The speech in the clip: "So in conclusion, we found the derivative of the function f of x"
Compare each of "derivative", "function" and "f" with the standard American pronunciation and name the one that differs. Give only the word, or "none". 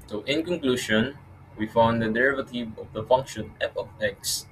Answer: f